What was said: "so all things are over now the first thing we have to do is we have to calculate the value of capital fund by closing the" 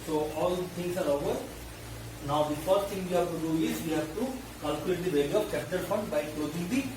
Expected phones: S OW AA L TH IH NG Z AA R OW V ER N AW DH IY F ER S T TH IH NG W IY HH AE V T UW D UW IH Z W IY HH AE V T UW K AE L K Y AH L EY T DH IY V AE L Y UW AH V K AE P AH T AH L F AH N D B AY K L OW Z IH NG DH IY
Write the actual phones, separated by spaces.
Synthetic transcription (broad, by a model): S OW AA L T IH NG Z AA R OW V ER N AW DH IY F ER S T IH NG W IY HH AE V T UW D UW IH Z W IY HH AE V T UW K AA L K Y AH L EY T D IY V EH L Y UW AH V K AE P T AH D F AH N D B AY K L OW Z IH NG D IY